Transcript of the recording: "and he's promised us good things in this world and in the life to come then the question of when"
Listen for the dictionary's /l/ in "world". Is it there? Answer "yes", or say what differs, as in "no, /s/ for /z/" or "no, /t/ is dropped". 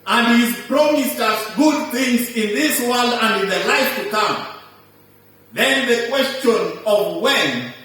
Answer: yes